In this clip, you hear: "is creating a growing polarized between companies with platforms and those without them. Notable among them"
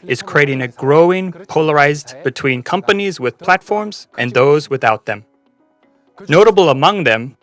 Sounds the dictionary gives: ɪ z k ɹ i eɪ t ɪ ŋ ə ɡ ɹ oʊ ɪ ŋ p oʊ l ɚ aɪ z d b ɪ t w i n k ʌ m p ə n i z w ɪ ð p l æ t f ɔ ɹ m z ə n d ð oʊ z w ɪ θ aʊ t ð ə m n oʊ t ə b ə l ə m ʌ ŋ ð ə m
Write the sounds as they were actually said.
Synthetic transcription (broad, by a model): ɪ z k ɹ i eɪ t ɪ ŋ ə ɡ ɹ oʊ ɪ ŋ p oʊ l ɚ aɪ z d b ɪ t w i n k ʌ m p ə n i z w ɪ ð p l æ t f ɔ ɹ m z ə n ð oʊ z w ɪ θ aʊ t ð ə m n oʊ t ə b l ə m ʌ ŋ ð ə m